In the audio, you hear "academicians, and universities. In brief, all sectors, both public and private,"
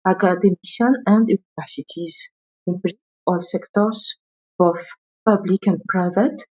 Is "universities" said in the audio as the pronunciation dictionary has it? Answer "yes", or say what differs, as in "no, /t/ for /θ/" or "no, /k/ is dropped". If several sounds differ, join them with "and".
yes